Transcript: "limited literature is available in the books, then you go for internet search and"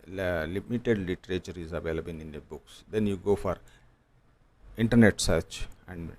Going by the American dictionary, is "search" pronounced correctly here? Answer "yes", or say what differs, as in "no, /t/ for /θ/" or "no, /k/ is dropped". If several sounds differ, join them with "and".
yes